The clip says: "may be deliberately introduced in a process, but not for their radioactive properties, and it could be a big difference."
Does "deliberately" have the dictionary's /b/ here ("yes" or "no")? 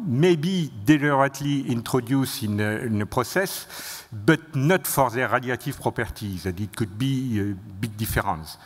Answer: no